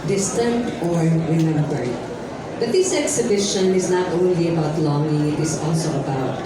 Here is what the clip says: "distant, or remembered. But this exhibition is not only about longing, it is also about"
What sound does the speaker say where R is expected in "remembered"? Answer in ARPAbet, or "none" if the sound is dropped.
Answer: W